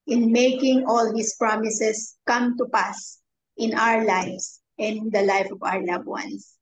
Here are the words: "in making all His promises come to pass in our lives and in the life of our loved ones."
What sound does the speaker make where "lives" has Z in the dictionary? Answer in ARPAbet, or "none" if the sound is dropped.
S